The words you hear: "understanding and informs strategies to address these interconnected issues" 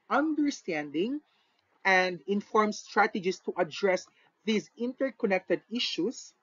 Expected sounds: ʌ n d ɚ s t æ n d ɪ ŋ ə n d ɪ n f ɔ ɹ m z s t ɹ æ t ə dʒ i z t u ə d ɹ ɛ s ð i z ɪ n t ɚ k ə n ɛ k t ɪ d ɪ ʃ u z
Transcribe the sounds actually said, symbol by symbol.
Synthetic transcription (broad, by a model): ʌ n d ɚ s t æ n d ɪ ŋ ə n d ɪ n f ɔ ɹ m s t ɹ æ t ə dʒ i s t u ə d ɹ ɛ s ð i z ɪ n t ɚ k ə n ɛ k t ɪ d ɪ ʃ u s